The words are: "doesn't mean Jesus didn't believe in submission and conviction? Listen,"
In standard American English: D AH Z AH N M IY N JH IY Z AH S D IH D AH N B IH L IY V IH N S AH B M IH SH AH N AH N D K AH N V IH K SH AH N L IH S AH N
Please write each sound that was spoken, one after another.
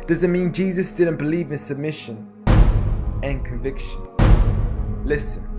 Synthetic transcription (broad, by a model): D AH Z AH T M IY N JH IY Z AH S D IH D N B IH L IY V IH N S AH B M IH SH AH N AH N K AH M V IH K SH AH N L IH S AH N